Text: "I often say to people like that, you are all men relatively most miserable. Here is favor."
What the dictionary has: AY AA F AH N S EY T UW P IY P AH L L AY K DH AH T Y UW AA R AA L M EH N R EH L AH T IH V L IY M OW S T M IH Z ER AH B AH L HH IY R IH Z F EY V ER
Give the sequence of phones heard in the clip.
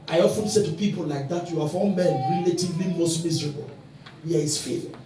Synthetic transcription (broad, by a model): AY AA F AH N S EY T UW P IY P AH L L AY K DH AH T Y UW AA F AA N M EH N R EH L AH T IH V L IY M OW S T M IH Z ER AH B AH L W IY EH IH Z F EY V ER